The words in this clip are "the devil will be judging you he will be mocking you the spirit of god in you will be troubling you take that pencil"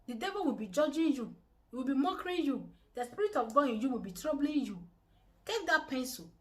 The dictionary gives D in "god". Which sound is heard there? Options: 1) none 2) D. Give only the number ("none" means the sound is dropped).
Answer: 1